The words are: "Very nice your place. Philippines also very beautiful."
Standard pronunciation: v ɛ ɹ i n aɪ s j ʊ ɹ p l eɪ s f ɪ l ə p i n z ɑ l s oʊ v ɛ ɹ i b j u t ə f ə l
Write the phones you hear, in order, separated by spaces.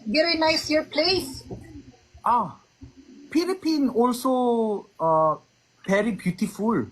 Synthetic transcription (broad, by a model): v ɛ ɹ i n aɪ s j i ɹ p l eɪ s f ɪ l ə p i n ɑ l s oʊ p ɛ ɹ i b j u t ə f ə l